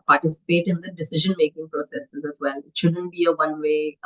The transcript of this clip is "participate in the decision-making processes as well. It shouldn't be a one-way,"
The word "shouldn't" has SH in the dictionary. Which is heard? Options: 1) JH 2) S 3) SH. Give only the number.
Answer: 3